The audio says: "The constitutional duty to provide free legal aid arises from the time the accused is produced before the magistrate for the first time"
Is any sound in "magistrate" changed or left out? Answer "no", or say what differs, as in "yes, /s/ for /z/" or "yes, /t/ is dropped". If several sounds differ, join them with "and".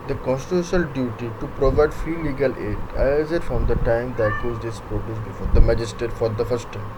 yes, /ɹ/ is dropped